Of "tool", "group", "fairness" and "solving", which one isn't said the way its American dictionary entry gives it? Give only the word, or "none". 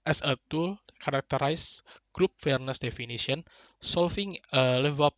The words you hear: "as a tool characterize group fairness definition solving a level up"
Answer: solving